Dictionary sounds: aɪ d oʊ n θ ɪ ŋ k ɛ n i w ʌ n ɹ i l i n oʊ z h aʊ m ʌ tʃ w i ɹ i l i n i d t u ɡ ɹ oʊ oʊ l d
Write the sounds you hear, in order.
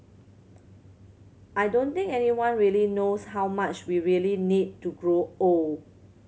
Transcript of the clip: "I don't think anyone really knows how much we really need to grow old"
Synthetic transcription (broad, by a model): aɪ d oʊ n t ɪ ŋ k ɛ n i w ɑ n ɹ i l i n oʊ s h aʊ m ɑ tʃ w i ɹ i l i n i d t u ɡ ɹ oʊ oʊ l